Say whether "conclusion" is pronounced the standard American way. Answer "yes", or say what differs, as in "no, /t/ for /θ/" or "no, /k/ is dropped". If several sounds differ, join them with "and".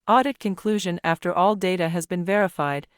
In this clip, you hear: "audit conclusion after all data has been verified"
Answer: yes